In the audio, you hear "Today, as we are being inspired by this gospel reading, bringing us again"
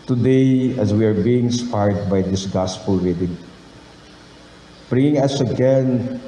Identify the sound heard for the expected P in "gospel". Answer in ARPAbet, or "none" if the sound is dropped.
P